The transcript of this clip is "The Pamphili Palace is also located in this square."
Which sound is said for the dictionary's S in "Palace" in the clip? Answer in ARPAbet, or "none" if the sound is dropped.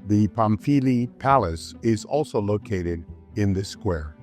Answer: S